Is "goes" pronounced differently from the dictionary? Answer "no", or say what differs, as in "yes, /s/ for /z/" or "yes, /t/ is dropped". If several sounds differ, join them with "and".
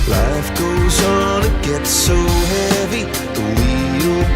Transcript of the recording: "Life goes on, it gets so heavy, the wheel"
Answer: no